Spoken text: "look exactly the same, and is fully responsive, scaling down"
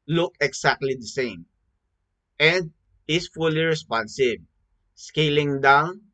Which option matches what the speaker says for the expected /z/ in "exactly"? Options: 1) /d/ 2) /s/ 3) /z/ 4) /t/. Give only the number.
2